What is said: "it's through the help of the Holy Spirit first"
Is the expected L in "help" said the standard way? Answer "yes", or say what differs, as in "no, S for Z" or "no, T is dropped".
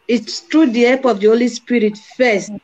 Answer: no, L is dropped